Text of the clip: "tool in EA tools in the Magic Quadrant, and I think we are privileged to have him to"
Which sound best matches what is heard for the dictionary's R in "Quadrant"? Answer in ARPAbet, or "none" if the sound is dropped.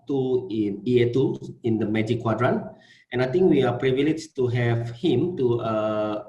R